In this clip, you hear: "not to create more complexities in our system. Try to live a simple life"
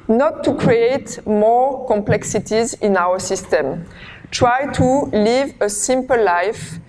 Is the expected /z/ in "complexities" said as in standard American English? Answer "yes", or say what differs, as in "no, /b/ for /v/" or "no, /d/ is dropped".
yes